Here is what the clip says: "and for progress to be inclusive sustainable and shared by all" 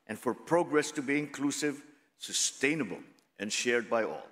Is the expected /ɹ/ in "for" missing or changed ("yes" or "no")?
no